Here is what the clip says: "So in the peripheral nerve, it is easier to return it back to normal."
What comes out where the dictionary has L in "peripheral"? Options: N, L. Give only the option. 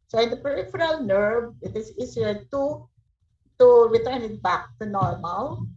L